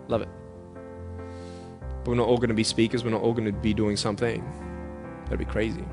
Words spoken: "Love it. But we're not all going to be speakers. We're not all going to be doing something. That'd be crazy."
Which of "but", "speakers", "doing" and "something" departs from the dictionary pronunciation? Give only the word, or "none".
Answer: none